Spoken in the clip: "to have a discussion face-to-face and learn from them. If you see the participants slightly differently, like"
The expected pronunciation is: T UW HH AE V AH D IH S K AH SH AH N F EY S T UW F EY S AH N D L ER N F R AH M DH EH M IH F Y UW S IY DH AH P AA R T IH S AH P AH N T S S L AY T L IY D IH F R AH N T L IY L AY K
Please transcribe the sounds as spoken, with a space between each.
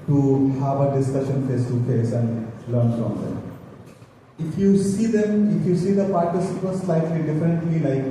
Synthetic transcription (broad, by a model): T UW HH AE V AH D IH S K AH SH AH N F EY S T UW F EY S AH N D L ER N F R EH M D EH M IH F Y UW S IY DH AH P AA R T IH S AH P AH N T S S L AY T L IY D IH F AH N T L IY L AY K